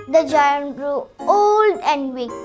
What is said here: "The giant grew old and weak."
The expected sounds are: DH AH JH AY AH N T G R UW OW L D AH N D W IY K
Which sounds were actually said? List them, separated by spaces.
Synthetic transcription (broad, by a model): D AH JH AY AH N T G R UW OW L D AH N D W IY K